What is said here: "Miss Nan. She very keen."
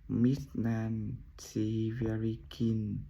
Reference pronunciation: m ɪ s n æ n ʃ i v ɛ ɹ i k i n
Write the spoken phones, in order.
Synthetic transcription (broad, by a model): m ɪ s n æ n s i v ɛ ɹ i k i n